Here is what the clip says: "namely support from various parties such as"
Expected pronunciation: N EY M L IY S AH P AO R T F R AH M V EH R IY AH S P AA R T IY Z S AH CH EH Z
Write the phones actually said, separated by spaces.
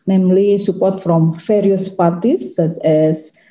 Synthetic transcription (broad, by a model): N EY M L IY S AH P AO R T F R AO M F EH R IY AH S P AA R T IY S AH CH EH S